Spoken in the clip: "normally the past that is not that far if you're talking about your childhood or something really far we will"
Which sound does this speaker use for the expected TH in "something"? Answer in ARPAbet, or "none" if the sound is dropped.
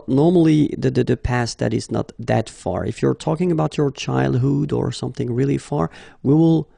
TH